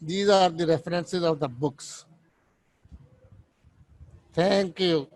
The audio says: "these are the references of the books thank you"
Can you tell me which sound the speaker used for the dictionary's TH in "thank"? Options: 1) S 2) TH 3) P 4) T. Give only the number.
4